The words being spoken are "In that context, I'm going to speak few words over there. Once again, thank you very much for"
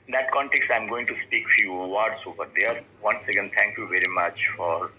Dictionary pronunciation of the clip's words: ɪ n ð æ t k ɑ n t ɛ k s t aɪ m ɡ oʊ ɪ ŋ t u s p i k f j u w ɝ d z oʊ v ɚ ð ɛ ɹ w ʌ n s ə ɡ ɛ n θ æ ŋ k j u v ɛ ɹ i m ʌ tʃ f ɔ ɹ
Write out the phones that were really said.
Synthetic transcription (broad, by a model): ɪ n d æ t k ɑ n t ɛ k s t aɪ m ɡ oʊ ɪ ŋ t u s p i k f j u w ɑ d s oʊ p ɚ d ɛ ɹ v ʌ n s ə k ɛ n t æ ŋ k j u v ɛ ɹ i m ʌ tʃ f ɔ ɹ